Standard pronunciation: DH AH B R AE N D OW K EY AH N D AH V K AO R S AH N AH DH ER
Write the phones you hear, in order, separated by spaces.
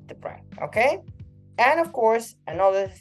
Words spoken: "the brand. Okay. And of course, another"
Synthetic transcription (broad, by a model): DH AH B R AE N OW K EY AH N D AH V K AO R S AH N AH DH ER